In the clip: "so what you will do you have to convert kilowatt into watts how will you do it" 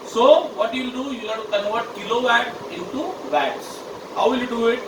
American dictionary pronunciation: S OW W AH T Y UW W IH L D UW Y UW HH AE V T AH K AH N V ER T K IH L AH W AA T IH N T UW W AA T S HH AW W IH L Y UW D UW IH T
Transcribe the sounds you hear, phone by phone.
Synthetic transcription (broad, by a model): S OW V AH T Y UW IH L D UW Y UW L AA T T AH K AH V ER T K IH L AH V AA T IH N T UW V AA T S HH AW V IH L Y UW D UW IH T